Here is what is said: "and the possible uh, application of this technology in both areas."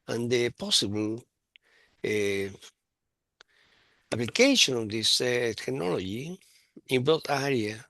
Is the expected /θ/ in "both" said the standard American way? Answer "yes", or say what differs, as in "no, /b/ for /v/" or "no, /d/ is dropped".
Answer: no, /t/ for /θ/